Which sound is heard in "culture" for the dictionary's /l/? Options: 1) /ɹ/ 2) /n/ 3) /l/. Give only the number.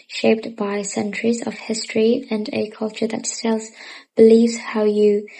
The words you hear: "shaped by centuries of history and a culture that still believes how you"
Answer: 3